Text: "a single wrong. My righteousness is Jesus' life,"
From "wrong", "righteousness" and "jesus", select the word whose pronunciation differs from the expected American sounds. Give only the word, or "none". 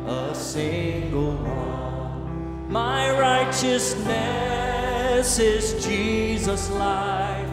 wrong